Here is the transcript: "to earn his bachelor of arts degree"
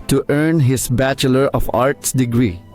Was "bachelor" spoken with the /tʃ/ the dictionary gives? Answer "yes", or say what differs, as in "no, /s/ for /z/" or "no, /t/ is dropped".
yes